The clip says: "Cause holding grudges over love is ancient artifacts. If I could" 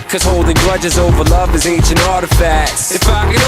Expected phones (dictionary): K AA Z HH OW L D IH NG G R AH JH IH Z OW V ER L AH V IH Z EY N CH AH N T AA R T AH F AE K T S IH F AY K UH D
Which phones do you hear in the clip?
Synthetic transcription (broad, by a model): K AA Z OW L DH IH G R AH JH IH Z OW V ER L AH V IH Z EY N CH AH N AA R T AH F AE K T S IH F AY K